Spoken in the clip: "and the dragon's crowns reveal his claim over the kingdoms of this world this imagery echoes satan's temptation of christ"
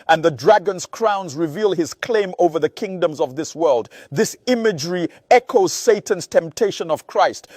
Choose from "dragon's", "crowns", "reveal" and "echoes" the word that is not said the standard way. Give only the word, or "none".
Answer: none